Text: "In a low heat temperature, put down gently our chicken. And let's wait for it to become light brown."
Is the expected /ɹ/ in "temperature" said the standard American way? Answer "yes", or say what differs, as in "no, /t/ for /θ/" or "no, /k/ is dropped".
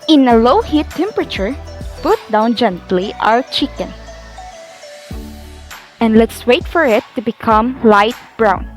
yes